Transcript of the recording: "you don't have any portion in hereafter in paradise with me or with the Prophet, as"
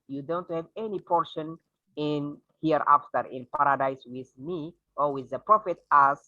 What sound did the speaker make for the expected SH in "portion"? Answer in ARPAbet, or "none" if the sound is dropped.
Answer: SH